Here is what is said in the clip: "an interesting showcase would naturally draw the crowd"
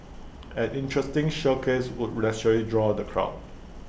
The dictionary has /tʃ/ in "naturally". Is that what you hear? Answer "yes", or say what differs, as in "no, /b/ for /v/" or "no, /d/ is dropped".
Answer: no, /s/ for /tʃ/